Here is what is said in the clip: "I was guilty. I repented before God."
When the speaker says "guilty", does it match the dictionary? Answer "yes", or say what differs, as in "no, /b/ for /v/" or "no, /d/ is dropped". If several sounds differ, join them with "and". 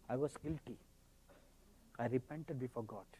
yes